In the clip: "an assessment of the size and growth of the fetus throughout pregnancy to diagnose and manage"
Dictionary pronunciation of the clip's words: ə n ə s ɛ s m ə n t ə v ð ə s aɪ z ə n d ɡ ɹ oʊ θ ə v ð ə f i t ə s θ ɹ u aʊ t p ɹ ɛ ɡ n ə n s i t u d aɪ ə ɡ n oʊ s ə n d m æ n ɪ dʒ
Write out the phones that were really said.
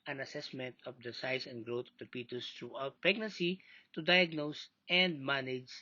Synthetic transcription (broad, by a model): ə n ə s ɛ s m ə n t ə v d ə s aɪ s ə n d ɡ ɹ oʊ t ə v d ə p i t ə s t ɹ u aʊ t p ɹ ɛ ɡ n ə n s i t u d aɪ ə ɡ n oʊ s ə n d m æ n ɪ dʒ